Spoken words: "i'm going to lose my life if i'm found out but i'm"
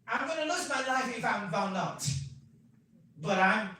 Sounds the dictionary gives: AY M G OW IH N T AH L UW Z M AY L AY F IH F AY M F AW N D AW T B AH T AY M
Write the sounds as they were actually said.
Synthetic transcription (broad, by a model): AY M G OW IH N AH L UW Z M AY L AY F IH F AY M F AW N AW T B AH T AY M